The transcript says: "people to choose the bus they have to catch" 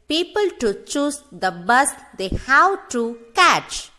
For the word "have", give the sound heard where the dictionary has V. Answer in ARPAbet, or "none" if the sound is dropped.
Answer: W